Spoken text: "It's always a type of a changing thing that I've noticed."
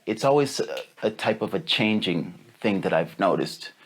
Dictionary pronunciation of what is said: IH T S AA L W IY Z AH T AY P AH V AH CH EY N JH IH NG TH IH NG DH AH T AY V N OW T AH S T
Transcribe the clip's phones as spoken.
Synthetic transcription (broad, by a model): IH T S AA L W IY Z AH T AY P AH V AH CH EY N JH IH NG TH IH NG DH AH T AY V N OW T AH S T